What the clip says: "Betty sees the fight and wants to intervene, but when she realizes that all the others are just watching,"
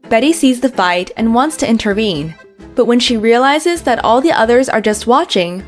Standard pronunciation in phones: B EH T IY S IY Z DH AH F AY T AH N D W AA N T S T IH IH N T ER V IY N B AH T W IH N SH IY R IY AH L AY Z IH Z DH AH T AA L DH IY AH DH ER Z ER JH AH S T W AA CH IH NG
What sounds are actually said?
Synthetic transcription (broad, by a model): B EH T IY S IY Z DH AH F AY T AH N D W AA N T S T IH IH N T ER V IY N B AH T W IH N SH IY R IY AH L AY Z IH Z DH AH T AA L DH IY AH DH ER Z ER JH AH S T W AA CH IH NG